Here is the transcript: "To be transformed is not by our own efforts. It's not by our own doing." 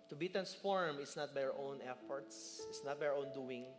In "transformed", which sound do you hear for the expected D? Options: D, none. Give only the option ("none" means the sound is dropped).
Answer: none